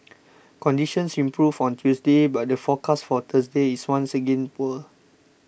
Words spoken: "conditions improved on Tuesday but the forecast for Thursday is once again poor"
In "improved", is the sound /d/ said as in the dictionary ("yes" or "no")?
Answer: no